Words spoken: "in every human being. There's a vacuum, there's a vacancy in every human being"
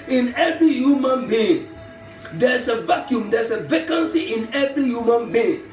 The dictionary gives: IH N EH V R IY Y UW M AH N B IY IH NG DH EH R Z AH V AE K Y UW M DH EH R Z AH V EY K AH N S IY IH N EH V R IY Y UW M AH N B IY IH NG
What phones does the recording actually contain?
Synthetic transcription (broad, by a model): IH N EH V R IY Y UW M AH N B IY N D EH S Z AH V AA K Y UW M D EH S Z AH V EY K AH N S IY IH N EH V R IY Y UW M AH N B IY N